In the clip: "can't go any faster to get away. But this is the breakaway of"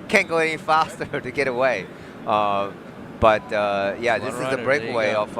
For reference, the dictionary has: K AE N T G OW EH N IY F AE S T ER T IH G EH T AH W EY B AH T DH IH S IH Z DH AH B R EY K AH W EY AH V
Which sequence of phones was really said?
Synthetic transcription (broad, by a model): K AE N G OW EH N IY F AE S T ER T IH G EH T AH W EY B AH T DH IH S IH Z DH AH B R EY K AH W EY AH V